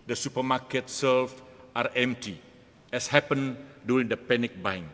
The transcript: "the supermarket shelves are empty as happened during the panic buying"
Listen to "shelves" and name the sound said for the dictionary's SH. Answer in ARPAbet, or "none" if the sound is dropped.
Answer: S